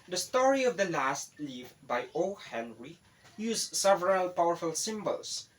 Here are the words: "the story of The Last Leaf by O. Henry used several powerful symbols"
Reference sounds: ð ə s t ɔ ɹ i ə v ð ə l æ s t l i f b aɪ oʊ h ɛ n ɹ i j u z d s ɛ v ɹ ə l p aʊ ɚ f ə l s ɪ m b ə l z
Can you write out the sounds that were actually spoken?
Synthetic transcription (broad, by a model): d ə s t ɔ ɹ i ə v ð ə l æ s t l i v b aɪ oʊ h ɛ n ɹ i j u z s ɛ v ɹ ə l p aʊ ɚ f ə l s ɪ m b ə l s